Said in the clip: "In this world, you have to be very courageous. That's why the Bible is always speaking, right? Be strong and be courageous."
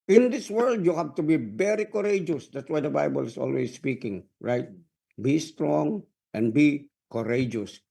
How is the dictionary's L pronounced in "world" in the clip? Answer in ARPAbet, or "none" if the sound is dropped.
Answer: L